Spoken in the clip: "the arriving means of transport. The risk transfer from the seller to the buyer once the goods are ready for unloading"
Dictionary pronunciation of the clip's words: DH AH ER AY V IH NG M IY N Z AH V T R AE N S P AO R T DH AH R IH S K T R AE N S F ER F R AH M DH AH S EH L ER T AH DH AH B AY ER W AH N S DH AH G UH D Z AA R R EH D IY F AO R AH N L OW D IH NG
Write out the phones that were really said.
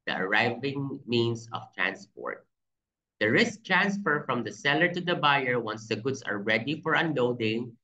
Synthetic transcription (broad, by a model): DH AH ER AY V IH NG M IY N S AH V T R AE N S P AO R T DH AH R IH S K T R AE N S F ER F R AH M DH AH S EH L ER T AH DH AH B AY ER W AH N S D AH G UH D S AA R R EH D IY F AO R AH N L OW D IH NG